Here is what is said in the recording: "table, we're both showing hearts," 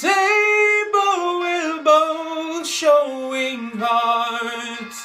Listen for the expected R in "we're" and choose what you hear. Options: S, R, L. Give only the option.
L